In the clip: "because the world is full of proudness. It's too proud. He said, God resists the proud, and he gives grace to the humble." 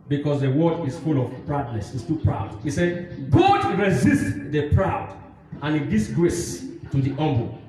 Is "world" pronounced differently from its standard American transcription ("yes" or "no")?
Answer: yes